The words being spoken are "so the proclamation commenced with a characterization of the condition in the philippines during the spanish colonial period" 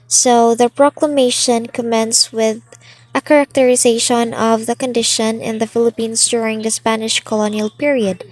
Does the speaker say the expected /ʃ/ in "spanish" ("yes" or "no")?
yes